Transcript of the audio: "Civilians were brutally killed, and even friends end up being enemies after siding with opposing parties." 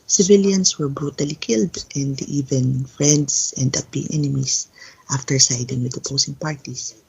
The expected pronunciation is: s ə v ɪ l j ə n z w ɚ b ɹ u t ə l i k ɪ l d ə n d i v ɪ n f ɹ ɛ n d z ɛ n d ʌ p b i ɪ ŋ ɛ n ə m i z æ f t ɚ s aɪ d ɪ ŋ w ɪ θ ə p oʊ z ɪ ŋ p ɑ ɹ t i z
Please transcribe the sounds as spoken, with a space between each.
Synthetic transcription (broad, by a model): s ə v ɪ l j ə n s w ɚ b ɹ u t ə l i k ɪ l d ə n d i v ɪ n f ɹ ɛ n d s ɛ n d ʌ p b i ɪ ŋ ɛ n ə m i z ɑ f t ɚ s aɪ d ɪ ŋ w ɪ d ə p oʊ s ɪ ŋ p ɑ ɹ t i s